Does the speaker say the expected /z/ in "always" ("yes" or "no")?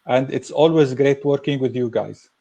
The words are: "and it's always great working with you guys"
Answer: yes